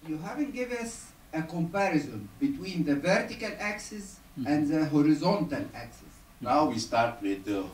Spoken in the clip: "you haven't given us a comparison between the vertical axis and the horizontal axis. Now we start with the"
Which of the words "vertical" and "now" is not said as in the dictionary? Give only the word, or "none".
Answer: none